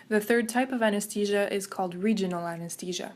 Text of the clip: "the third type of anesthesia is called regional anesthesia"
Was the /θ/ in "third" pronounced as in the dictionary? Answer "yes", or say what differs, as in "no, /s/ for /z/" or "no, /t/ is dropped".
yes